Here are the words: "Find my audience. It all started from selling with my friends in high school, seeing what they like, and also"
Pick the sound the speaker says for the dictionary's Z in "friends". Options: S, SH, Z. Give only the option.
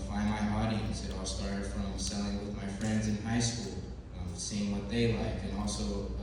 Z